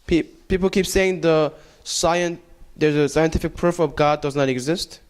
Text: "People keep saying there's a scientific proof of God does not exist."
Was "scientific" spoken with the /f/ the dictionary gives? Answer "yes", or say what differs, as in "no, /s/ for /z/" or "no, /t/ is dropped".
yes